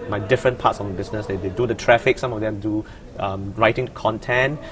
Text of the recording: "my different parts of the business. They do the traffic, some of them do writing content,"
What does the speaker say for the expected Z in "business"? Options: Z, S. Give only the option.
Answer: S